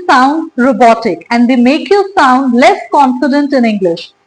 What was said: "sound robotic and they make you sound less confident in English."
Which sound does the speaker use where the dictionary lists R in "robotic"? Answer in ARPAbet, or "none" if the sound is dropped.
R